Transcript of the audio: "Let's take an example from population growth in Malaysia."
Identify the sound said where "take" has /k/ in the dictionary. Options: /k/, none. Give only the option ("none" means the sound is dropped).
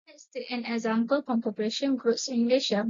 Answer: none